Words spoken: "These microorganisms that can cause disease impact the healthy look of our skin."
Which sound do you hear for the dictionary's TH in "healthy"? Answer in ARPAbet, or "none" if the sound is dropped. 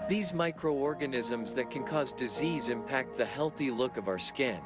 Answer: TH